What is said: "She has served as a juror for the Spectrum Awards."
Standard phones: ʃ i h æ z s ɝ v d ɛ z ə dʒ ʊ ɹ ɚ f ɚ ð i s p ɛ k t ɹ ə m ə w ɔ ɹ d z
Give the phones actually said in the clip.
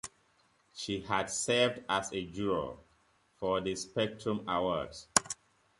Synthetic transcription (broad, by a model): ʃ i h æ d s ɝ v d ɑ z ə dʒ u ɹ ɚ f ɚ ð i s p ɛ k t ɹ ə m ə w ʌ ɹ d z